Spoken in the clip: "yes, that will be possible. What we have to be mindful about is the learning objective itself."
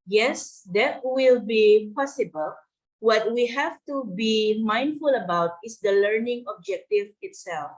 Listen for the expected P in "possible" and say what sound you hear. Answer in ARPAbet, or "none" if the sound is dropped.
P